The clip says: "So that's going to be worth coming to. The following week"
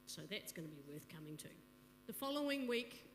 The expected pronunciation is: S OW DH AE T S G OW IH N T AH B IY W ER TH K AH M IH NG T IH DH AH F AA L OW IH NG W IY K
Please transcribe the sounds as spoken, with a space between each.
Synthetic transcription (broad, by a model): S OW DH AE T S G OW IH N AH B IY W ER TH K AH M IH NG T IH DH AH F AA L OW IH NG W IY K